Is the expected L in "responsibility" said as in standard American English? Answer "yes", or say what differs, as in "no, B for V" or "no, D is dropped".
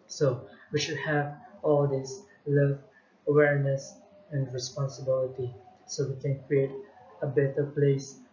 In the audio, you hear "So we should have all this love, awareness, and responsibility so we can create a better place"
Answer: yes